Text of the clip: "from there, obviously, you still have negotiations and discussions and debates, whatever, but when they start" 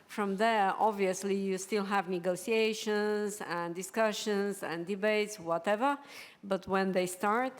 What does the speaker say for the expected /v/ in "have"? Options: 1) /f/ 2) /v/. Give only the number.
2